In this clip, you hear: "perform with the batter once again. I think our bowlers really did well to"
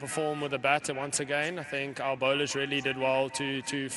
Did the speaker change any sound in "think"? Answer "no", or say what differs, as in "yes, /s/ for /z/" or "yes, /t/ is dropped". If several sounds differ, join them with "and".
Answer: no